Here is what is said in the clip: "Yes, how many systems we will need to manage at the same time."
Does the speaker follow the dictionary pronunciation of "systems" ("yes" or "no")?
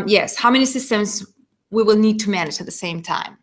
yes